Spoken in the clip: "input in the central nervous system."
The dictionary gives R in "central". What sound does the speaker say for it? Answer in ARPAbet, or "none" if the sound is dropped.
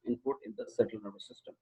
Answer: none